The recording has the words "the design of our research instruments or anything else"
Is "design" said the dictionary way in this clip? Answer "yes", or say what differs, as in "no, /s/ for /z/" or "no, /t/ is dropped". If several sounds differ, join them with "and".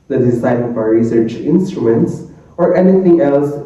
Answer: no, /s/ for /z/